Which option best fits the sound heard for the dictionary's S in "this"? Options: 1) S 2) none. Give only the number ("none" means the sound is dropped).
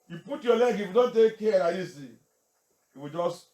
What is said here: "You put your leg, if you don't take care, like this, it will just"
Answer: 2